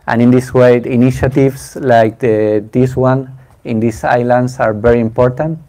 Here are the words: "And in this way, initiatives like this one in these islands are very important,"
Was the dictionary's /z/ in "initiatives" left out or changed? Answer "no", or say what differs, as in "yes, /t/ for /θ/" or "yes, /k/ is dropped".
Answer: yes, /s/ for /z/